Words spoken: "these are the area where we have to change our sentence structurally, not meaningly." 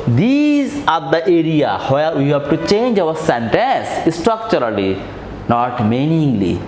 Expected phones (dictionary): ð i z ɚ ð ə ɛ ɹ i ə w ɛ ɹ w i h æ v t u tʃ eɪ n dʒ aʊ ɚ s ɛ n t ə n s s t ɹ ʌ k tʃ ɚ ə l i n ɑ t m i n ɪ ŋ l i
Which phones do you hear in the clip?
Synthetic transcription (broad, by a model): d i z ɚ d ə ɛ ɹ i ə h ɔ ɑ w i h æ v t u tʃ eɪ n dʒ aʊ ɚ s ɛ n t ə n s s t ɹ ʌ k tʃ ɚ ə l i n ɑ t m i n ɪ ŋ l i